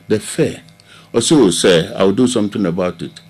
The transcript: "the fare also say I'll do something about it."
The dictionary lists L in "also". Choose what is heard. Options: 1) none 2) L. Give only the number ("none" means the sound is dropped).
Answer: 1